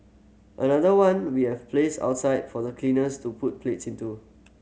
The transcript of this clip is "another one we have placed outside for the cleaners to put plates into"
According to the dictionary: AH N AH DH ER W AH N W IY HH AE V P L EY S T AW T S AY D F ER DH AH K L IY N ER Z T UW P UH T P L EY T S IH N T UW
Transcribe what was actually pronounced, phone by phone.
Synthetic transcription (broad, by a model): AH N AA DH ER W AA N W IY HH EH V P L EY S AW T S AY D F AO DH AH K L IY N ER S T UW P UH T P L EY T S IH N T UW